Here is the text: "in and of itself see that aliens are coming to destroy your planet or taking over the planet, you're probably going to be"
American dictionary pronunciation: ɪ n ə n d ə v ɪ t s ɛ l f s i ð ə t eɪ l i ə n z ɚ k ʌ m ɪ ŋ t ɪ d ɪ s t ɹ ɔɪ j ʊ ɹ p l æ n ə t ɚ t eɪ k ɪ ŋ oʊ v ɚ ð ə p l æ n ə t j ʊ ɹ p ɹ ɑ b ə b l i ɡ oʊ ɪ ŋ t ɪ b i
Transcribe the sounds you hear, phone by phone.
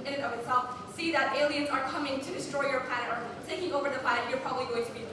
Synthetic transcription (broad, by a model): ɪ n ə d ə v ɪ t s ɛ l f s i ð ə t eɪ l i ə n z ɚ k ʌ m ɪ ŋ t ɪ d ɪ s t ɹ ɔɪ j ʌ ɹ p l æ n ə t ɚ s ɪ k ɪ ŋ oʊ v ɚ ð ə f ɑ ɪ ə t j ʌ ɹ p ɹ ɑ b ə b l i ɡ oʊ ɪ ŋ t ɪ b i